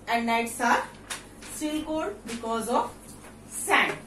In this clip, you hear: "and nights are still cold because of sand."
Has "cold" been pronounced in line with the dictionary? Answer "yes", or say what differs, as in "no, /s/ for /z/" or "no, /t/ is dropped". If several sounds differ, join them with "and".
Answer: no, /l/ is dropped